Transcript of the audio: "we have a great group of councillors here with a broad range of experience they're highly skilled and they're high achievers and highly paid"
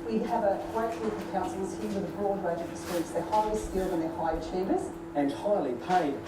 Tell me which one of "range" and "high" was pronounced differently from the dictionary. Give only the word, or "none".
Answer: range